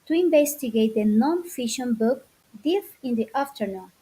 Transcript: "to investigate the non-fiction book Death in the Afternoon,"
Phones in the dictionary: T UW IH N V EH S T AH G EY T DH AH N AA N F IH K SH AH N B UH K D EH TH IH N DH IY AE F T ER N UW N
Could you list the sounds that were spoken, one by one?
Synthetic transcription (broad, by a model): T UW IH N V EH S T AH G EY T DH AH N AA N F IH SH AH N B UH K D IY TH IH N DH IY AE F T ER N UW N